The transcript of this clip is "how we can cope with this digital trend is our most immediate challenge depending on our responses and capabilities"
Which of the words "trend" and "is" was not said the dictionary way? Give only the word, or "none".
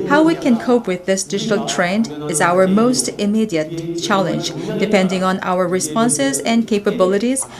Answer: none